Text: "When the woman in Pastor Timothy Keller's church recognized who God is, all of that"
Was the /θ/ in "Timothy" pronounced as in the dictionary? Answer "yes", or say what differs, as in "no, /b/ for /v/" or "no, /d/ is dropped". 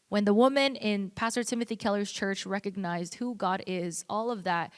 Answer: yes